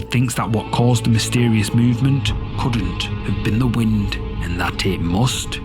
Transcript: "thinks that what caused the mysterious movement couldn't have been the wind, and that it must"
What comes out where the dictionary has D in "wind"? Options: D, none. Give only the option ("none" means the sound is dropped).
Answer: D